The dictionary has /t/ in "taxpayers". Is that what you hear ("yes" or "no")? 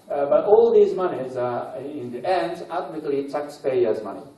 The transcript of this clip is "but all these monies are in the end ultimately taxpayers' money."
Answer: no